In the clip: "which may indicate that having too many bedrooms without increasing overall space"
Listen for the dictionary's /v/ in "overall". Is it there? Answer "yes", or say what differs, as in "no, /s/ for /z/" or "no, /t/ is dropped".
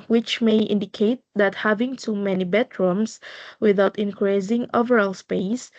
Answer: yes